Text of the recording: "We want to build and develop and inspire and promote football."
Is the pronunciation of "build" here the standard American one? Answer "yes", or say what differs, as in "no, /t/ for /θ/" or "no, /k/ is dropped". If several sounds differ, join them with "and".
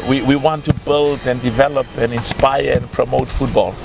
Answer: yes